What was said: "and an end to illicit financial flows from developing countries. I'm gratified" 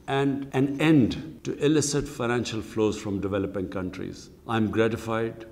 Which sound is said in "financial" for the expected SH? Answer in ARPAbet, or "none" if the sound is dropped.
SH